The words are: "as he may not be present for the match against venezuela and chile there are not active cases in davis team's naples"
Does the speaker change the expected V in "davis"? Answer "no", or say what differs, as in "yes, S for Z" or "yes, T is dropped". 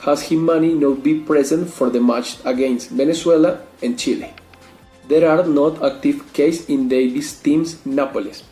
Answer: yes, B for V